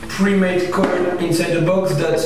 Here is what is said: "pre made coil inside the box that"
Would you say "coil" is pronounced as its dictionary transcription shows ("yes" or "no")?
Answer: no